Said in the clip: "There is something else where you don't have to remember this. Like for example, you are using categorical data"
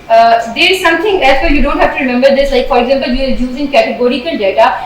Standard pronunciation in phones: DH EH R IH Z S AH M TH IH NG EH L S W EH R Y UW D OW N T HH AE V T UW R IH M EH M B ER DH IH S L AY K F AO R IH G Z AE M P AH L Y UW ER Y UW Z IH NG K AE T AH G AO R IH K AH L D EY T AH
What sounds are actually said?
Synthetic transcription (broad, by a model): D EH IH Z S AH M T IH NG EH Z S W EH Y UW D OW N T HH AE F T UW R IH M EH M B ER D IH S L AY K F AO R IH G Z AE M P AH L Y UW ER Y UW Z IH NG K AE T AH G AO R IH K AH L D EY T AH